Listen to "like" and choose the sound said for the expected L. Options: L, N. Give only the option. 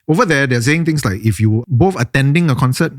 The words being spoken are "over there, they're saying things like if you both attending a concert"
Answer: L